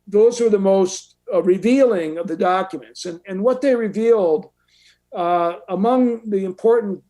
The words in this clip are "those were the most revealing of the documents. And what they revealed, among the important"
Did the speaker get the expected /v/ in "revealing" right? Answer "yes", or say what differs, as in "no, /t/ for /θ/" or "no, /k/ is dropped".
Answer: yes